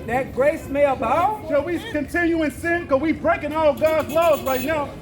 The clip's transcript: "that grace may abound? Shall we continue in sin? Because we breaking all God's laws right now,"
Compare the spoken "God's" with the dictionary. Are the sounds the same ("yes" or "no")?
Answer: yes